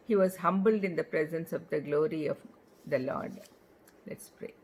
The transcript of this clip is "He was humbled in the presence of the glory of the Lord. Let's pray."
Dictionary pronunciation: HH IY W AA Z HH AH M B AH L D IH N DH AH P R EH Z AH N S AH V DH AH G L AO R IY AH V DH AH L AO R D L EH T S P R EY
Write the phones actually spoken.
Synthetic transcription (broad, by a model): HH IY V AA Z HH AH M B AH L D IH N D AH P R EH Z AH N S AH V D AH G L AO R IY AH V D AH L AO R D L EH T S P R EY